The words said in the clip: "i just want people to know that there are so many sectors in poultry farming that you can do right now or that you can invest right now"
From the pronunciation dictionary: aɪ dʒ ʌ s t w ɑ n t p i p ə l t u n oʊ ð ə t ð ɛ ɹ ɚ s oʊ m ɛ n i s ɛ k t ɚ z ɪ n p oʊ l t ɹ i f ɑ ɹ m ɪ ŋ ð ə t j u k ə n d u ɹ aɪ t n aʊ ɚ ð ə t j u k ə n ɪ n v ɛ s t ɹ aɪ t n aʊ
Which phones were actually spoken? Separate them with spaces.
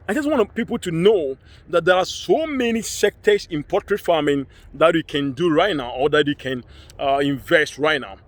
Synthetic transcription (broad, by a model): aɪ dʒ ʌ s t w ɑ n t p i p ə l t u n oʊ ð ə t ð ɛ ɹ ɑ s oʊ m ɛ n i s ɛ k t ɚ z ɪ n p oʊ t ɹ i f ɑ m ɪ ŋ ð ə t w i k ə n d u ɹ aɪ t n aʊ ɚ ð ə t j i k ə n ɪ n v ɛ s t ɹ aɪ t n aʊ